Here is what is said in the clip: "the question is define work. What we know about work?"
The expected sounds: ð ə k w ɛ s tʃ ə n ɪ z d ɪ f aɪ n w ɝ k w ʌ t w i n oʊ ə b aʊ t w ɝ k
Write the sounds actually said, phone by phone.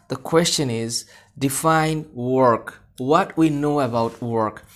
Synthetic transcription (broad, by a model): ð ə k w ɛ s tʃ ə n ɪ z d ɪ f aɪ n w ɝ k w ʌ t w i n oʊ ə b aʊ t w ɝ k